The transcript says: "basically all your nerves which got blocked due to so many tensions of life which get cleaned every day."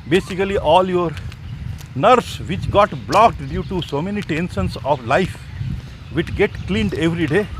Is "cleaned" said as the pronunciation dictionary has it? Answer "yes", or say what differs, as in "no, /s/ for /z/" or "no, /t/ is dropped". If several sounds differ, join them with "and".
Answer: yes